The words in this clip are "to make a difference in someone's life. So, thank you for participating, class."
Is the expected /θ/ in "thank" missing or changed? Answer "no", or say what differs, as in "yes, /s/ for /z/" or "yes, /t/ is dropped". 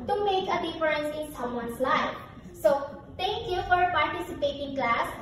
yes, /t/ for /θ/